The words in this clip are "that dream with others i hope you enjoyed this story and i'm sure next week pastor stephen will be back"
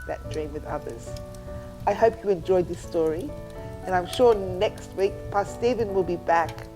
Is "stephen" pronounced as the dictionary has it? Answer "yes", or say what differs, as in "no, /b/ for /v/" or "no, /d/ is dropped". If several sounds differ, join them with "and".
yes